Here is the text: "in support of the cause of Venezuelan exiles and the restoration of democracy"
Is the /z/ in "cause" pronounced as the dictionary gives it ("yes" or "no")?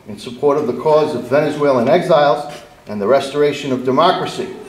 yes